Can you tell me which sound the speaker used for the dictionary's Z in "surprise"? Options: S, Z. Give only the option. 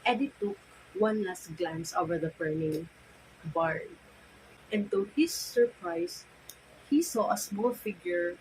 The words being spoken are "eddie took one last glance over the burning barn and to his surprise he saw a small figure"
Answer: S